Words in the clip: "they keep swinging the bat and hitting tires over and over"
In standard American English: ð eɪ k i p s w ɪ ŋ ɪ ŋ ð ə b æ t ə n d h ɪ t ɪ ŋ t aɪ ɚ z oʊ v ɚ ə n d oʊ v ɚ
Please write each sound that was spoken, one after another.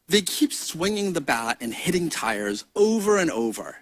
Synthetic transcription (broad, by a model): ð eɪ k i p s w ɪ ŋ ɪ ŋ ð ə b æ t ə n h ɪ t ɪ ŋ t aɪ ɚ z oʊ v ɚ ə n oʊ v ɚ